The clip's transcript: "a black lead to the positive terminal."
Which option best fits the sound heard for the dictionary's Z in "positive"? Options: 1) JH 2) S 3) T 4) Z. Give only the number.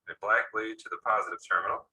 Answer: 4